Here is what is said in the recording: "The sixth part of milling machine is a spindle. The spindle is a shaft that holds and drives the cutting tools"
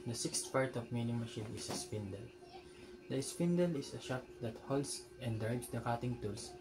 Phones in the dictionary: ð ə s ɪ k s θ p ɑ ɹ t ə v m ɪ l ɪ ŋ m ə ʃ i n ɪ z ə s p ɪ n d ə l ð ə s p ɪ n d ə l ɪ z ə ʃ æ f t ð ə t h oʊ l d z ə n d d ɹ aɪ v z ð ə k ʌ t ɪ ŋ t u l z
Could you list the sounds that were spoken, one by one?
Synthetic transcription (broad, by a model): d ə s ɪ k s t p ɑ ɹ t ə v m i n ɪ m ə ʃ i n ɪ s ə s p ɪ n d ə l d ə s p ɪ n d ə l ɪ s ə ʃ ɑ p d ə t h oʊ l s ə n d d ɹ aɪ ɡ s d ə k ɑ t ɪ ŋ t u l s